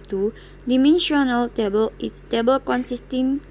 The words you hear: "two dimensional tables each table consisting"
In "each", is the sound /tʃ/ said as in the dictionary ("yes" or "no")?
no